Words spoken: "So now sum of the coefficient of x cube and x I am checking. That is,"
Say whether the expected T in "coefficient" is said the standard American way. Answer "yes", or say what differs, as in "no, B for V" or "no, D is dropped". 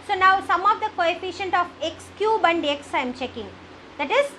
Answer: yes